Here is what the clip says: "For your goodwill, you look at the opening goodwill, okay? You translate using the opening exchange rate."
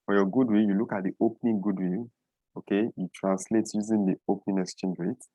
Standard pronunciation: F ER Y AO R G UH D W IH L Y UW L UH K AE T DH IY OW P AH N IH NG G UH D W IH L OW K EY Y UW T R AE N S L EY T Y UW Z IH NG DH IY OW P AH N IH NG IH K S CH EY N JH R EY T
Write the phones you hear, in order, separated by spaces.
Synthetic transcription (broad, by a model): F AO Y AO G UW D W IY Y UW L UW K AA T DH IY OW P N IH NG G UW D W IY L OW K EY Y UW T R AE N S L EY T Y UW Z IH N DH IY OW P N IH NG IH S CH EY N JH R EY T